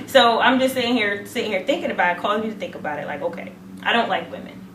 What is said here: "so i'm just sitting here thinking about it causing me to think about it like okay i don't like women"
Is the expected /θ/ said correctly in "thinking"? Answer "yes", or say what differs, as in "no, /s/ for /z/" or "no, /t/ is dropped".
yes